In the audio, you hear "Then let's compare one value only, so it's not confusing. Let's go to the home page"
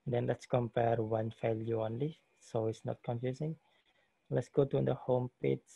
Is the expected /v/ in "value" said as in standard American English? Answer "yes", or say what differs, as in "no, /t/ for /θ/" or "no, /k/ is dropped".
no, /f/ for /v/